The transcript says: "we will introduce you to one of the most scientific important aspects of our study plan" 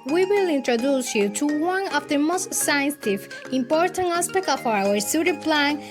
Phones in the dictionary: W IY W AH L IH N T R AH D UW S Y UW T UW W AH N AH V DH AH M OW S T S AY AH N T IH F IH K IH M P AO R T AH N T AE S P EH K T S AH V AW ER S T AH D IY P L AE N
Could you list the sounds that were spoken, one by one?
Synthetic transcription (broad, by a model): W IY W AH L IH N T R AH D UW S Y UW T UW W AH N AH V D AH M OW S T S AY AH N S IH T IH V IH M P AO R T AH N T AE S P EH K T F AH AW ER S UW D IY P L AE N